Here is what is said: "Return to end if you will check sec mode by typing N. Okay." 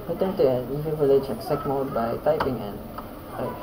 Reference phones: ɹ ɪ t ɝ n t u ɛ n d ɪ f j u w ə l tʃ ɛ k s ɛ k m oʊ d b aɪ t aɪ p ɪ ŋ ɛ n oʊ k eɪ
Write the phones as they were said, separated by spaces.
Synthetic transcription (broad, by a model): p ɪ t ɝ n t u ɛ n ɪ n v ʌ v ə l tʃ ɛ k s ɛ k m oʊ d b aɪ t aɪ p ɪ ŋ ɛ n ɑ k